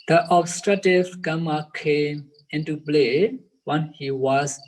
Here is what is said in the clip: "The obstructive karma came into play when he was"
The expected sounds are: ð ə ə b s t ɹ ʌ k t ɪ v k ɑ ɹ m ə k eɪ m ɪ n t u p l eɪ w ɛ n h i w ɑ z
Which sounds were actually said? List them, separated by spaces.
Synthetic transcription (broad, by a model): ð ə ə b s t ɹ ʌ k t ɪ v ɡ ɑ m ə k eɪ m ɪ n t u b l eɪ w ɛ n h i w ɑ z